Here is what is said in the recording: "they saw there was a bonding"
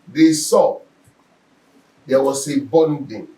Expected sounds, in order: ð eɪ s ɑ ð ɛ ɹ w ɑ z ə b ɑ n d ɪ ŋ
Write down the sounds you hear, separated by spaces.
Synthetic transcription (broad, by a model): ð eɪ s ɑ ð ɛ w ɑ s ə b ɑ n d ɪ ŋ